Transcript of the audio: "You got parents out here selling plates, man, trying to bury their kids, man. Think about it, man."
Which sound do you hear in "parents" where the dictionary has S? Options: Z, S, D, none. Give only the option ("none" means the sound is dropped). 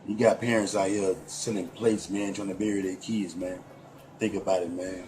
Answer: S